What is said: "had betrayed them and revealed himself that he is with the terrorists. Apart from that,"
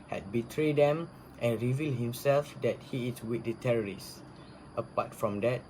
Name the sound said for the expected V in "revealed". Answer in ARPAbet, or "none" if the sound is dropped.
V